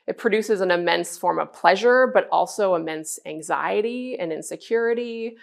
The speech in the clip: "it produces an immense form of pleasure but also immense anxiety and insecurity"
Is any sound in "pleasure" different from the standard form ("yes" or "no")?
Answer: no